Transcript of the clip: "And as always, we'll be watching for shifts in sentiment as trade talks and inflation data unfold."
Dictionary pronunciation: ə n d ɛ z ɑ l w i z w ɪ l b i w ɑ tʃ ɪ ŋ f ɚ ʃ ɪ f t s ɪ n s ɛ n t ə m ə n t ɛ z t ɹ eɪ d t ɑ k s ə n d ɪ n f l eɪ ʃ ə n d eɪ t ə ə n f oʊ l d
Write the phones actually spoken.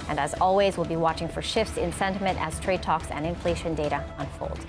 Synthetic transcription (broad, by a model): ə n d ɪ z ɑ l w i z w ɪ l b i w ɑ tʃ ɪ ŋ f ɚ ʃ ɪ f t s ɪ n s ɛ n t ə m ə n t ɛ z t ɹ eɪ d t ɑ k s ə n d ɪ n f l eɪ ʃ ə n d eɪ t ə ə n f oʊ l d